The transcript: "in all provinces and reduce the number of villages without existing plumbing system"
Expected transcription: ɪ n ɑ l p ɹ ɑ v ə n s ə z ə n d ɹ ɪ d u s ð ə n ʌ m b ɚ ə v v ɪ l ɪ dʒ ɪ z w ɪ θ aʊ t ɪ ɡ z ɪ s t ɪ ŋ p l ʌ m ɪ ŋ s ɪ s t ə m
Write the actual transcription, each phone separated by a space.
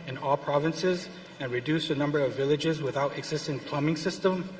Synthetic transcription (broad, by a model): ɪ n ɑ l p ɹ ɑ v ə n s ə z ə n ɹ ɪ d u s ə n ʌ m b ɚ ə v v ɪ l ɪ dʒ ɪ z w ɪ θ aʊ t ɪ ɡ z ɪ s t ɪ ŋ p l ʌ m ɪ ŋ s ɪ s t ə m